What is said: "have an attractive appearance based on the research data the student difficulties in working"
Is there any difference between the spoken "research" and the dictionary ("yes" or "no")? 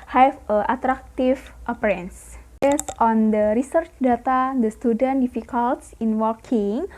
no